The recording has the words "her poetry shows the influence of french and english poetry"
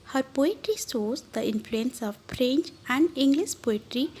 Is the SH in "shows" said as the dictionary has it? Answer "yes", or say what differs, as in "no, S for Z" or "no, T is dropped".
no, S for SH